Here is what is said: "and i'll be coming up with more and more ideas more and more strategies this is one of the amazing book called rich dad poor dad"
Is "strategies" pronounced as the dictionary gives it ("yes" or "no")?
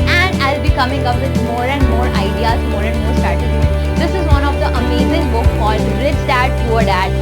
no